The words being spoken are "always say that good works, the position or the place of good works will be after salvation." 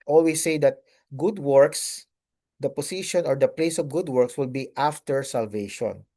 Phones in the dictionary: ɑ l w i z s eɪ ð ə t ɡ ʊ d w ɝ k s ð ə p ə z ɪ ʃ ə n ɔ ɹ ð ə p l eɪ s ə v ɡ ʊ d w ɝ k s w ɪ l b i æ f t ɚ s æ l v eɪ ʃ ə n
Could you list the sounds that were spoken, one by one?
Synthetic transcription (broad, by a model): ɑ l w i s eɪ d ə t ɡ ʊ d w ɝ k s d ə p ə s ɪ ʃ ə n ɔ ɹ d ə p l eɪ s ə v ɡ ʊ d w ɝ k s w ɪ l b i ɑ f t ɚ s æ l v eɪ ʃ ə n